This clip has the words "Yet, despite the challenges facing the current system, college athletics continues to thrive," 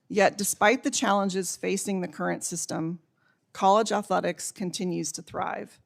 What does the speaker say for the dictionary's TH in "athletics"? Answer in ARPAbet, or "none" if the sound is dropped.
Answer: TH